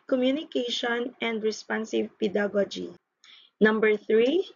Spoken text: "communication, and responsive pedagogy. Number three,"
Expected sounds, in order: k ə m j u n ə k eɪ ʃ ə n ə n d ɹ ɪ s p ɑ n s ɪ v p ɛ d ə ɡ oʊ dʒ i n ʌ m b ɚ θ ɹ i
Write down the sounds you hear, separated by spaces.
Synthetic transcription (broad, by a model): k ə m j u n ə k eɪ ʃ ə n ə n d ɹ ɪ s p ɑ n s ɪ v p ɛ d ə ɡ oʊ dʒ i n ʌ m b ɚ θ ɹ i